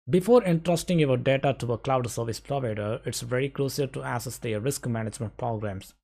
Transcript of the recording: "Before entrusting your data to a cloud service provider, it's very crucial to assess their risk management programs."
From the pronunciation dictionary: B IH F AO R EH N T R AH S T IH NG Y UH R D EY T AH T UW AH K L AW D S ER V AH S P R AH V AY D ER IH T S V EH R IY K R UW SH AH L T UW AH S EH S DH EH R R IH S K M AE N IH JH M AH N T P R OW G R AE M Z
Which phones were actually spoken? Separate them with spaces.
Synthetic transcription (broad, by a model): B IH F AO R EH N T R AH S T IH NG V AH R D EY T AH T UW AH K L AW D S ER V AH S P R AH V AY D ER IH T S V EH R IY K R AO S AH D T UW AH S EH S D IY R R IH S K M AE N IH JH M AH N T P R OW G R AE M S